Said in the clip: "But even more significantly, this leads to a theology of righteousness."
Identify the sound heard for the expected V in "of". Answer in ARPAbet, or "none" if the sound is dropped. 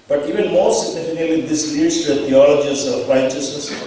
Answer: P